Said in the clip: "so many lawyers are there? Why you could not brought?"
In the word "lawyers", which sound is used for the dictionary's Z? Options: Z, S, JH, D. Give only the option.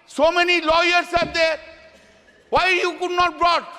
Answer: S